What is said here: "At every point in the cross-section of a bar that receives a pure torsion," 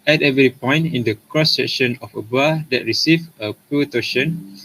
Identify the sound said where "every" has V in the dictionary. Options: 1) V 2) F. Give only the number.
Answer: 1